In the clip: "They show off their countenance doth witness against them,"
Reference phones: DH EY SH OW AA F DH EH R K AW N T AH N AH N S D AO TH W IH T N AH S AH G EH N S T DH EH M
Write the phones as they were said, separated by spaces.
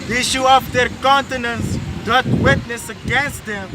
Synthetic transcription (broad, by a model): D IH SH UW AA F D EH R K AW N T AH N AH N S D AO T W IH T N AH S AH G EH N S T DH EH M